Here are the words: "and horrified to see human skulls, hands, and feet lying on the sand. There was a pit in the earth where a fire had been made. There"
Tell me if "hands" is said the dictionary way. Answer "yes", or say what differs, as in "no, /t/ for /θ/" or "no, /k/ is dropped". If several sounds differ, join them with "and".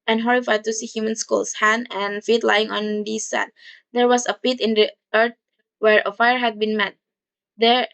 no, /z/ is dropped